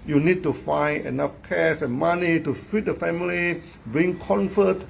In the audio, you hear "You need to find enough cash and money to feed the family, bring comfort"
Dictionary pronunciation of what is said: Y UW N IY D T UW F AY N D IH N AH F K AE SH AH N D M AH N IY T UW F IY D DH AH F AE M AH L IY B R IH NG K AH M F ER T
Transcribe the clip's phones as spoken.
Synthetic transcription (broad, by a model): Y UW N IY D T UW F AY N IH N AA F K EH S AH N M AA N IY T UW F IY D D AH F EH M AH L IY B R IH NG K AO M F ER T